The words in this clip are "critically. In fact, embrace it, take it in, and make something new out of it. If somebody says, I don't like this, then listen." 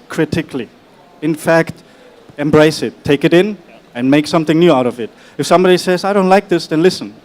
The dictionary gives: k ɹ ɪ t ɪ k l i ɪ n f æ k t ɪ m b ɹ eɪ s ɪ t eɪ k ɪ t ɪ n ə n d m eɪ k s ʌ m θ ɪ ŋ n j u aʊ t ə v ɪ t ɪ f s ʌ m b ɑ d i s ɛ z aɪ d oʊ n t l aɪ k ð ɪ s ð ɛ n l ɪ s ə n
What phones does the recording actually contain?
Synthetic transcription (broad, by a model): k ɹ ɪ t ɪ k l i ɪ n f æ k t ɪ m b ɹ eɪ s ɪ t eɪ k ɪ t ɪ n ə n m eɪ k s ʌ m θ ɪ ŋ n j u aʊ t ə v ɪ t ɪ f s ʌ m b ɑ d i s ɛ z aɪ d oʊ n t l aɪ k ð ɪ s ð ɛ n l ɪ s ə n